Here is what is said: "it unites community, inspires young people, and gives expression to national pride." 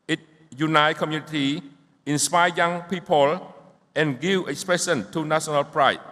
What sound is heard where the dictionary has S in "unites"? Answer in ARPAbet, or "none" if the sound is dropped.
none